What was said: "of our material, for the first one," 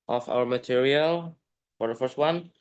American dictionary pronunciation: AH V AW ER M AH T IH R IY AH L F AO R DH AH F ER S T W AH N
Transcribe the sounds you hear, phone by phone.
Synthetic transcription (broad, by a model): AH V AW ER M AH T IH R IY AH L F AO R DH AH F ER S T W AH N